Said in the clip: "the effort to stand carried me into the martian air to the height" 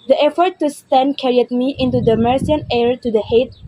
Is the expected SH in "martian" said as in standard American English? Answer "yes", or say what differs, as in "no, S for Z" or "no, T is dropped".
no, S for SH